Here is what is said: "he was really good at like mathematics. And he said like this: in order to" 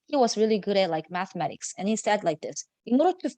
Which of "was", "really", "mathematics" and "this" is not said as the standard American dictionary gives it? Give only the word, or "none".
none